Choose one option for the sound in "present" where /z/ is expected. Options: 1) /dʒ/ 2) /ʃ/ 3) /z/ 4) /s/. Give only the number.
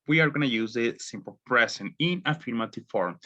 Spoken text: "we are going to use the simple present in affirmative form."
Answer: 4